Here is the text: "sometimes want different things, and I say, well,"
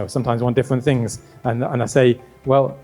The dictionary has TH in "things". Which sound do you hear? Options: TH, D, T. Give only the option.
TH